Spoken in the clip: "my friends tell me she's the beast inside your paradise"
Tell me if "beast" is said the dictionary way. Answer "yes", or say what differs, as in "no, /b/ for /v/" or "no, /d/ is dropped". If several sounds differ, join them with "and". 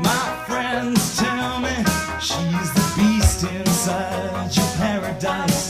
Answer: yes